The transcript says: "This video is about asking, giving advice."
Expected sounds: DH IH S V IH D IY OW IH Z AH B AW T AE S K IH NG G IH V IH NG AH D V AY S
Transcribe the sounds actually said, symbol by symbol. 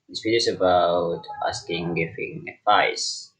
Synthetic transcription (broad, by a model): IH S P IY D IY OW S AH B AW T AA S K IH NG G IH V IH NG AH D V AY S